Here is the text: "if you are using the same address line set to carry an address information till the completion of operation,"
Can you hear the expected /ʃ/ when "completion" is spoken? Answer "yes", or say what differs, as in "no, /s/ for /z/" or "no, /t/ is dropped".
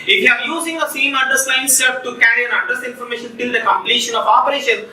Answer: yes